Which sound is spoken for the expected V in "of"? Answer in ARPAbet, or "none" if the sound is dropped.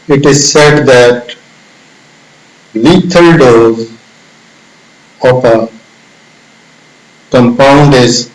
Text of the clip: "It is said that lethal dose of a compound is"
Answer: P